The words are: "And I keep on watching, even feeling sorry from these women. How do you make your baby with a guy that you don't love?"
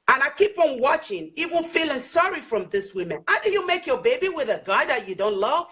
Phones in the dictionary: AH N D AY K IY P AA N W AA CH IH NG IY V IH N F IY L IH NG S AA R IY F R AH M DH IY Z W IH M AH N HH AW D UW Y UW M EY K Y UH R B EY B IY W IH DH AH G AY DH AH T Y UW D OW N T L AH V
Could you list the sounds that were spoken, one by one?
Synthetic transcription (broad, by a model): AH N AY K IY P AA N W AA CH IH NG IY W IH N F IY L IH NG S AA R IY F R AH M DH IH S W IH M AH N HH AW D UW Y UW M EY K Y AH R B EY B IY W IH DH AH G AY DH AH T Y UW D OW N T L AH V